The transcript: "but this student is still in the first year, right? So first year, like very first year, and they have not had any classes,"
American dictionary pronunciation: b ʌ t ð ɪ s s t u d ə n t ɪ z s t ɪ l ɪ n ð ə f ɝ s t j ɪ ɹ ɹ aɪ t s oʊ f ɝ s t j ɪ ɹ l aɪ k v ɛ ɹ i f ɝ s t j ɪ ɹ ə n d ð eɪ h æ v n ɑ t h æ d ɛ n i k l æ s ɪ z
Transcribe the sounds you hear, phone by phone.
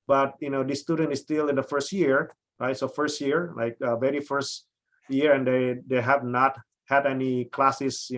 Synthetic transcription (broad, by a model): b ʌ t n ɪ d s t u d ə n t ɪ s t ɪ l ɪ n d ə f ɝ s t j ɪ ɹ ɹ aɪ t s oʊ f ɝ s t j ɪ ɹ l aɪ k v ɛ ɹ i f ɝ s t j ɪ ɹ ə n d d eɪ h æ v n ɑ t h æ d ɛ n i k l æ s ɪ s